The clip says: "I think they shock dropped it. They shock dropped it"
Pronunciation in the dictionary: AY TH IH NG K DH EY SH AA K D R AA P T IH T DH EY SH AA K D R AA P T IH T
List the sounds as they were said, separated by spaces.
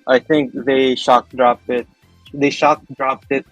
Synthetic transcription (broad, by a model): AY T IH NG K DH EY SH AA K D R AA P T IH T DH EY SH AA K D R AA P T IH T